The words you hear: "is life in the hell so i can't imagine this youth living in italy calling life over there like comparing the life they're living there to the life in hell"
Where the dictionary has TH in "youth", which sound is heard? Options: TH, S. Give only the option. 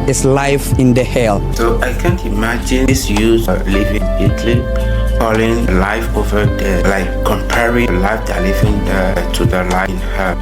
S